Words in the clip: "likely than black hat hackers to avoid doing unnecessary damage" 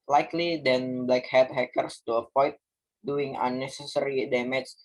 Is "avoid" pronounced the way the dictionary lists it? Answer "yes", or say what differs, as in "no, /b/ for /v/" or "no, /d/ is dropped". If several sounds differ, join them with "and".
no, /p/ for /v/